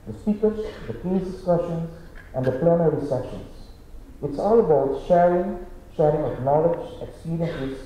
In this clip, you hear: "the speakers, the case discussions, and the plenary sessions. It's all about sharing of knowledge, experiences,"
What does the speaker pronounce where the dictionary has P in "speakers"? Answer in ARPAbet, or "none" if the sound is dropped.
none